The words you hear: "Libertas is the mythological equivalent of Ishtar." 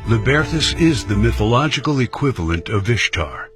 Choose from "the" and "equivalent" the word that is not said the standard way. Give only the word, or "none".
none